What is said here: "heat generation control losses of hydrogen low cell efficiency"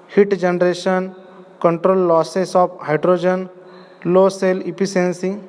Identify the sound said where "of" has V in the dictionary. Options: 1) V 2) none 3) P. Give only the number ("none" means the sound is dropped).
3